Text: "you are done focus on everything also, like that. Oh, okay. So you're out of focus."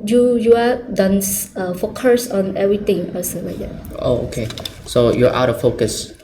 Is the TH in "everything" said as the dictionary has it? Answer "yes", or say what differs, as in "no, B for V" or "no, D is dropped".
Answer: no, T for TH